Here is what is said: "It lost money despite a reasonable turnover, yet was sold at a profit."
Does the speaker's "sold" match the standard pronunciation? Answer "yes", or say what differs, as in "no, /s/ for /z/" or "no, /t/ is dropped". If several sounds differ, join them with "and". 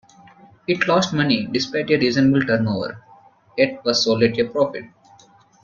no, /d/ is dropped